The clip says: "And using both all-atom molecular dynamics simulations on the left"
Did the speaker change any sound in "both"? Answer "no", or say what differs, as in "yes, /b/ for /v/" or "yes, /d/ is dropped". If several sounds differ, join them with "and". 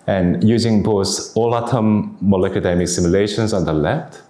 yes, /s/ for /θ/